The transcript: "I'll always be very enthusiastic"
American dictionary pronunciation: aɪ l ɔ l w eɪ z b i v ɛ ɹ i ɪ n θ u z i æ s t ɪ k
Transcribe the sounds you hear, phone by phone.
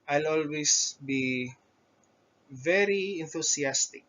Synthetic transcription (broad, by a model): aɪ l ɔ l w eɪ s b i v ɛ ɹ i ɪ n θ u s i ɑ s t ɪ k